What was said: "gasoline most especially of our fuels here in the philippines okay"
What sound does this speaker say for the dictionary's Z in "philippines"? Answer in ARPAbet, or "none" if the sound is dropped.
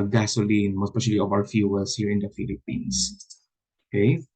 S